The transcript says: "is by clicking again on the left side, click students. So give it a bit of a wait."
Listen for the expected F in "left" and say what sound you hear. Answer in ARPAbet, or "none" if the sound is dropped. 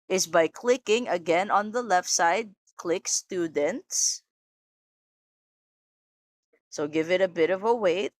F